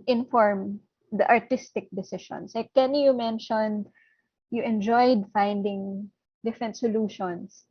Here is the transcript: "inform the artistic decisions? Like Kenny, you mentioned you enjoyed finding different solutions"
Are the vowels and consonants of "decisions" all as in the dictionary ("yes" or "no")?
no